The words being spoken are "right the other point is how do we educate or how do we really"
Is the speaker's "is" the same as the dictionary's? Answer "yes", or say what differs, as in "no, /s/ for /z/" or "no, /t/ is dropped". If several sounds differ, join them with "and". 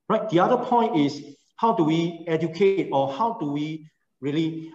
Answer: no, /s/ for /z/